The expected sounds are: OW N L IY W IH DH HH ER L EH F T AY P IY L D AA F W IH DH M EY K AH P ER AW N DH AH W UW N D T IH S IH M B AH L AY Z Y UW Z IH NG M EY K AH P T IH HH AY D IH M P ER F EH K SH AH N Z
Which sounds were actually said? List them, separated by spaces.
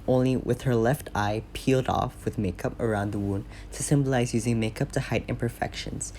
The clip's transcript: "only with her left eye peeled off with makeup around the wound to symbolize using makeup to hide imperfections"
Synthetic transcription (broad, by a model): OW N L IY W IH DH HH ER L EH F T AY P IY L D AA F W IH DH M EY K AH P ER AW N DH AH W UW N T IH S IH M B AH L AY Z Y UW Z IH NG M EY K AH P T IH HH AY D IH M P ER F EH K SH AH N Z